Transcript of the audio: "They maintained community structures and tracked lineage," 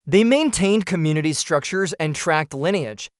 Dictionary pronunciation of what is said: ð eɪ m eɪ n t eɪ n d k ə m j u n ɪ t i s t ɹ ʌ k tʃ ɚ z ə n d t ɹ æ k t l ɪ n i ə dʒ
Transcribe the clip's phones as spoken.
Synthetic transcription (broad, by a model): ð eɪ m eɪ n t eɪ n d k ə m j u n ɪ t i s t ɹ ʌ k tʃ ɚ z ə n t ɹ æ k t l ɪ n i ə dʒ